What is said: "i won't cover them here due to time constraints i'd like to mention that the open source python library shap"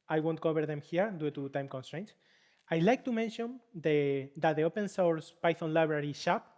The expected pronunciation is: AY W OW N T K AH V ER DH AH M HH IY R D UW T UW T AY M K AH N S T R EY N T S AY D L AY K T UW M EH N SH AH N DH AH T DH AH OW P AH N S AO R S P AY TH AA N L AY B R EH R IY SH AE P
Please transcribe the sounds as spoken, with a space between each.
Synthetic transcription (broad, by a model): AY W OW N T K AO B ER DH AH M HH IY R D UW T UW T AY M K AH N S T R EY N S AY L AY K T UW M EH N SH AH N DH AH T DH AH OW P AH N S AO R S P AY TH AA N L AY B R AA R IY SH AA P